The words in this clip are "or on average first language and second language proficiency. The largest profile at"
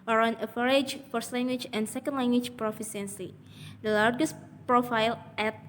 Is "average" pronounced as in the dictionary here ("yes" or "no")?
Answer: no